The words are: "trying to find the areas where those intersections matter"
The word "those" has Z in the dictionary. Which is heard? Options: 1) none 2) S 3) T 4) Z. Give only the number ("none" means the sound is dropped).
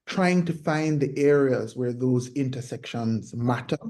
4